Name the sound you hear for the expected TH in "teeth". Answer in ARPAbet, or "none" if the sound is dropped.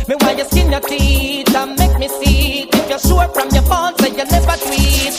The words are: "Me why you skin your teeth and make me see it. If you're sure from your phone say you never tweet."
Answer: T